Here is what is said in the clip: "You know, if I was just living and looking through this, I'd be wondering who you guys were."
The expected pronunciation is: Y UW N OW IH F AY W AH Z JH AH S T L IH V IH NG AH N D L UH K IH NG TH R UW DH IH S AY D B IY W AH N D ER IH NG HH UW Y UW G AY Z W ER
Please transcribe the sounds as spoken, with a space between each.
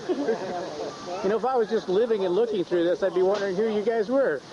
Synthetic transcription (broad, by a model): Y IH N OW IH F AY W AH Z JH AH S T L IH V IH NG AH N L UH K IH NG TH R UW DH IH S AY D B IY W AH N D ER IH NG HH UW Y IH G AY Z W ER